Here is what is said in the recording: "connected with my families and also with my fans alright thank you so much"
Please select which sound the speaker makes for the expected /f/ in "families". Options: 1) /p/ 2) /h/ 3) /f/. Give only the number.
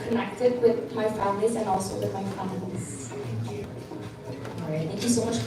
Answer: 3